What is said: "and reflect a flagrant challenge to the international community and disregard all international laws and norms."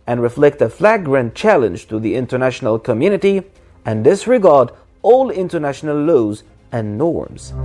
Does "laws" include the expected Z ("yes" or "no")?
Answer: yes